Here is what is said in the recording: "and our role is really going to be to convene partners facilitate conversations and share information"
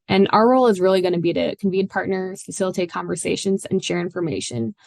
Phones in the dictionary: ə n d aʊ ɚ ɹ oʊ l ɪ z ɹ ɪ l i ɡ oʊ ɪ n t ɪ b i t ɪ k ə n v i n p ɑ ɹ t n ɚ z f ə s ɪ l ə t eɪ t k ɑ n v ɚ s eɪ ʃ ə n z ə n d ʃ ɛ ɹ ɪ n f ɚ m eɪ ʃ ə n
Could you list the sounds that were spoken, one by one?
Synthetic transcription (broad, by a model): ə n aʊ ɚ ɹ oʊ l ɪ z ɹ ɪ l i ɡ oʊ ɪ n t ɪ b i t ɪ k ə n v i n p ɑ ɹ t n ɚ z f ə s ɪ l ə t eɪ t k ɑ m v ɚ s eɪ ʃ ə n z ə n ʃ ɛ ɹ ɪ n f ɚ m eɪ ʃ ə n